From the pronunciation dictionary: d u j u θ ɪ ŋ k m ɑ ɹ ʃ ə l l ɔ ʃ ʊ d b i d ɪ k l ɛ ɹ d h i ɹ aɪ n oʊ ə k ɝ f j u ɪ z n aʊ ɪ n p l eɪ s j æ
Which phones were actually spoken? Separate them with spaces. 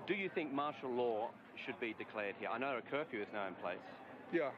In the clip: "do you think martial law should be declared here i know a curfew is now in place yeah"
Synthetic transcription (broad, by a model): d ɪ j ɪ θ ɪ ŋ k m ɑ ɹ ʃ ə l l ɔ ʃ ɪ d b i d ɪ k l ɛ ɹ d h i ɹ aɪ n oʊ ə k ɝ f j u ɪ z n aʊ ɪ n p l eɪ s j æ